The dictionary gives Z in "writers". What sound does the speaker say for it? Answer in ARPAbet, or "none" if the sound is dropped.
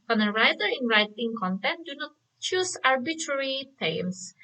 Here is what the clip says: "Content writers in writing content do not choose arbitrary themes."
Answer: none